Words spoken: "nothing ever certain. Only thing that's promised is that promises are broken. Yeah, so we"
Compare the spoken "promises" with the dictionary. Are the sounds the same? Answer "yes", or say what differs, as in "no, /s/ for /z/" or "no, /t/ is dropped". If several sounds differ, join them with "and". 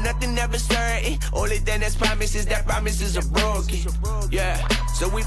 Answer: yes